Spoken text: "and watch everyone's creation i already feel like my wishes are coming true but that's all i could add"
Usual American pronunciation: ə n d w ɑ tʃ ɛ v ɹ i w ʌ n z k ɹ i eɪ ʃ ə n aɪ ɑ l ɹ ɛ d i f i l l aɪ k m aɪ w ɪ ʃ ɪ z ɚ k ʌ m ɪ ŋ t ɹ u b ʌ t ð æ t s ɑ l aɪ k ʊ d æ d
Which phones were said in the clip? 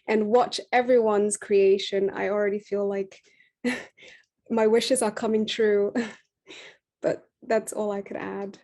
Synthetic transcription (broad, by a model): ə n w ɑ tʃ ɛ v ɹ i w ʌ n z k ɹ i eɪ ʃ ə n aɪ ɑ l ɹ ɛ d i f i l l aɪ k m aɪ w ɪ ʃ ɪ z ɚ k ʌ m ɪ ŋ t ɹ u b ʌ t ð æ t s ɑ l aɪ k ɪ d æ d